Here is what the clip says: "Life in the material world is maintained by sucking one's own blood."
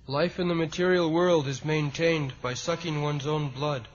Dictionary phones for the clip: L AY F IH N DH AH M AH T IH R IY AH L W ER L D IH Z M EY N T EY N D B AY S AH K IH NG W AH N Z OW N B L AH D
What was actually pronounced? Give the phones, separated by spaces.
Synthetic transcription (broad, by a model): L AY F IH N DH AH M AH T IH R IY L W ER L D IH Z M EY N T EY N B AY S AH K IH NG W AH N Z OW N B L AH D